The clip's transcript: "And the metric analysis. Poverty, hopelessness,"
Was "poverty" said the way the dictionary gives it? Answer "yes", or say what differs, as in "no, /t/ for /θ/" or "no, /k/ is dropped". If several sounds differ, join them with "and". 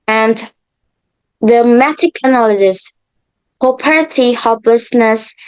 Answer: no, /p/ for /v/